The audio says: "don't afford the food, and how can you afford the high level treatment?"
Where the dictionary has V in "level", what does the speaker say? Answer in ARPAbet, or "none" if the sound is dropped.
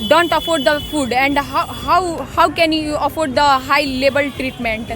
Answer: B